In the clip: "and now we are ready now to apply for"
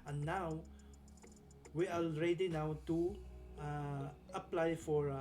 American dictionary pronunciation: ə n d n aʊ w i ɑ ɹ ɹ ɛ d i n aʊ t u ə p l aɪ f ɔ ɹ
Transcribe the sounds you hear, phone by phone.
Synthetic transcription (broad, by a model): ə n n aʊ w i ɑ l ɹ ɛ d i n aʊ t u ə p l aɪ f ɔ ɹ